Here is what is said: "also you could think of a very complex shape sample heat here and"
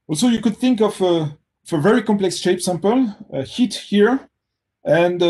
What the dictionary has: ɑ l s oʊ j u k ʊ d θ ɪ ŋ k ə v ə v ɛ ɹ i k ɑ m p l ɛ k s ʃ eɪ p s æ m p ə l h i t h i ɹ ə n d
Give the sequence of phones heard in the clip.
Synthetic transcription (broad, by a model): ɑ l s oʊ j u k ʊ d θ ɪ ŋ k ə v ə v ɛ ɹ i k ɑ m p l ɛ k s ʃ eɪ p s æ m p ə l h i t h i ɹ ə n d